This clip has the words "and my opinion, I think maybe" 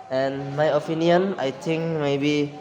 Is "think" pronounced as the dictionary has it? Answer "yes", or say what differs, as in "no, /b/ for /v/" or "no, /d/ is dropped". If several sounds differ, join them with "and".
no, /t/ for /θ/